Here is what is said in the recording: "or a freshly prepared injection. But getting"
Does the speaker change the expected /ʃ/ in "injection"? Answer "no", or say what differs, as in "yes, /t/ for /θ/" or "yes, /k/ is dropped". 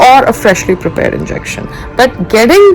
no